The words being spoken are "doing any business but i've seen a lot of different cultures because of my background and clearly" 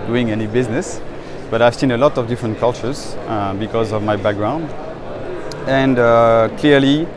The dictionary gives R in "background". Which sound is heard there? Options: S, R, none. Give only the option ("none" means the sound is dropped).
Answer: R